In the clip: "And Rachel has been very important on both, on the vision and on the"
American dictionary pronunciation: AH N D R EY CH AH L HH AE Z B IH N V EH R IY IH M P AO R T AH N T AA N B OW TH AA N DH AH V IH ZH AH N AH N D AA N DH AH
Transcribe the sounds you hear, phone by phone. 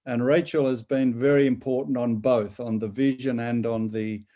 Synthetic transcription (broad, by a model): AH N R EY CH AH L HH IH Z B IH N V EH R IY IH M P AO R T N T N B OW TH N DH AH V IH ZH AH N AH N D N DH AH